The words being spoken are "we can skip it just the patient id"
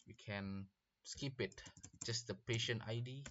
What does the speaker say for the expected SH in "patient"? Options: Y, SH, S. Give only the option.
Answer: SH